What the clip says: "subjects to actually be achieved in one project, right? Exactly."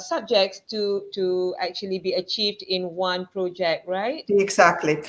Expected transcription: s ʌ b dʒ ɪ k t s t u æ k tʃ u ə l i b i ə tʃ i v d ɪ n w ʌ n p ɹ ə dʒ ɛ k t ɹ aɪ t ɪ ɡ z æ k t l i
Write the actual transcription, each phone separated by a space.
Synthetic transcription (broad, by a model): s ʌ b dʒ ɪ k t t t u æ k tʃ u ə l i b i ə tʃ i v d ɪ n w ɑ n p ɹ ə dʒ ɛ k t ɹ aɪ t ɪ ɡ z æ k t l i